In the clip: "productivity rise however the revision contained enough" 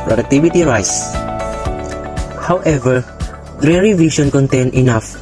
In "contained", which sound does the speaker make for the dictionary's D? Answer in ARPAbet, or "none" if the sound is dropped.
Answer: none